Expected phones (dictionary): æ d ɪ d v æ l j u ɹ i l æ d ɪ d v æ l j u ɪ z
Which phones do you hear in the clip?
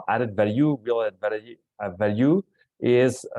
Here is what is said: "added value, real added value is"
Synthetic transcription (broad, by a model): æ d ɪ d v æ l j u w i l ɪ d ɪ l v æ l j u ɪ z